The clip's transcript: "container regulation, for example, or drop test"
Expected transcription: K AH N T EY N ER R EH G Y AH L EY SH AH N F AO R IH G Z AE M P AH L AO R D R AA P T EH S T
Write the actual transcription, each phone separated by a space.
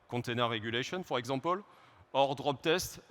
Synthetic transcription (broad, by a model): K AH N T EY N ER R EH G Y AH L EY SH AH N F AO R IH G Z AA P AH L AO R D R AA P T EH S T